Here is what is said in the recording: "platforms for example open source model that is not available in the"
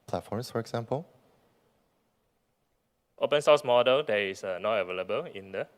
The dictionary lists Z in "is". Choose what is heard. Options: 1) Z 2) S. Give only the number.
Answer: 2